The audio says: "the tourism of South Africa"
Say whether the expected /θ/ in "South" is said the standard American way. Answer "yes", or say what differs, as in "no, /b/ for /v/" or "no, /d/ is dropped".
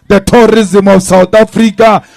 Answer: no, /t/ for /θ/